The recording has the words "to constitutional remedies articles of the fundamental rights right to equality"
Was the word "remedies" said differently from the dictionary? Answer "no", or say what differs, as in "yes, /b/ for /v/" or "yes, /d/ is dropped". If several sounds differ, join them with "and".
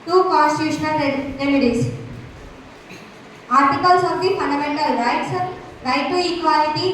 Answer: yes, /s/ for /z/